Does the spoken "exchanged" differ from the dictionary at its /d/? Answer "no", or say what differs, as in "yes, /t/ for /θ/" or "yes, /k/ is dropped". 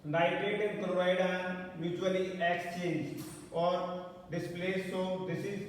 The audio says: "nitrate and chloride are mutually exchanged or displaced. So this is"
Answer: yes, /d/ is dropped